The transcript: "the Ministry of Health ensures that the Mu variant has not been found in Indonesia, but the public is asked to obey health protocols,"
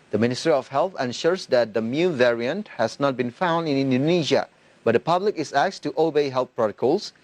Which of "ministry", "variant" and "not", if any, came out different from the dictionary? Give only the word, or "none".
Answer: none